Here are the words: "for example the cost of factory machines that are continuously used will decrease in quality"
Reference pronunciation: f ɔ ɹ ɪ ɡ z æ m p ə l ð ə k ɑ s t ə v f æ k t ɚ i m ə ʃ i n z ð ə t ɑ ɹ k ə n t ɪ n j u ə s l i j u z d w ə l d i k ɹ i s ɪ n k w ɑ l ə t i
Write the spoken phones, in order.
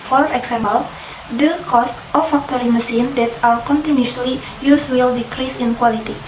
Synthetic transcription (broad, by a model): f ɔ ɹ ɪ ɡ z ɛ m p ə l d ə k ɑ s t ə f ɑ k t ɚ i m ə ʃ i n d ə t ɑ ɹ k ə n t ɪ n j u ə l i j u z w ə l d i k ɹ i s ɪ n k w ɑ l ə t i